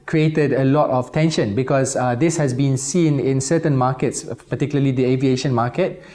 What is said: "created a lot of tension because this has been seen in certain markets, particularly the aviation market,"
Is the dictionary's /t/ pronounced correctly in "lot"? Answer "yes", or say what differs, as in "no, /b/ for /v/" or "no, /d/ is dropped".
yes